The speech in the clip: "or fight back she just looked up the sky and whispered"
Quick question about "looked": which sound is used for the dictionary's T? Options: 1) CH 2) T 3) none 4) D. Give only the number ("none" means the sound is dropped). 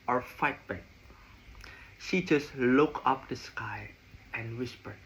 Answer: 3